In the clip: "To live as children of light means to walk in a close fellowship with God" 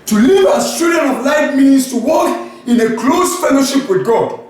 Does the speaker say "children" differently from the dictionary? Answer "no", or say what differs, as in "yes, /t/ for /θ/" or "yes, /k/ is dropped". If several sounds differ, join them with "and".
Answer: yes, /l/ is dropped